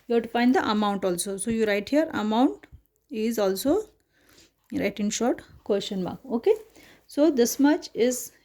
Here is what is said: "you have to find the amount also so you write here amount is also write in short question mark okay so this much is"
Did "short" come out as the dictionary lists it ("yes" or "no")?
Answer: yes